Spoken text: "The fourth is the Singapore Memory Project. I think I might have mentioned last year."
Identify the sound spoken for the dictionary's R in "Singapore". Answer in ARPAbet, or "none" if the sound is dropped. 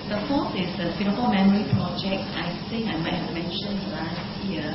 L